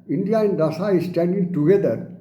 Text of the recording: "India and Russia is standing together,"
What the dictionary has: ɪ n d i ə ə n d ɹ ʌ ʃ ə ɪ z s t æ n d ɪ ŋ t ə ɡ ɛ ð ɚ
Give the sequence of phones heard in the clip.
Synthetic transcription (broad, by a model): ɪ n d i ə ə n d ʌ s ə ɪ s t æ n d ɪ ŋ t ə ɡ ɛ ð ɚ